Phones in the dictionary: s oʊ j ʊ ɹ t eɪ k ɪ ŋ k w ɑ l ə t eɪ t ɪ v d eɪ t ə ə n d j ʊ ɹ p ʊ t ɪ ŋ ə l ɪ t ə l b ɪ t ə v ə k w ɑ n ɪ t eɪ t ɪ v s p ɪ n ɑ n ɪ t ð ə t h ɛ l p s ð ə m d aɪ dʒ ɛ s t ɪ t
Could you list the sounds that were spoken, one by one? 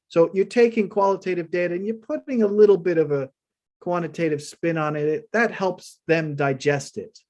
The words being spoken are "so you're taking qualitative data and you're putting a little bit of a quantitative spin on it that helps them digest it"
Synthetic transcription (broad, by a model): s oʊ j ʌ ɹ t eɪ k ɪ ŋ k w ɑ l ə t eɪ t ɪ v d eɪ t ə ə n j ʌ ɹ p ʊ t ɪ ŋ ə l ɪ t l b ɪ t ə v ə k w ɑ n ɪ t eɪ t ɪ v s p ɪ n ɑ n ɪ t ð ə t h ɛ l p s ð ə m d aɪ dʒ ɛ s t ɪ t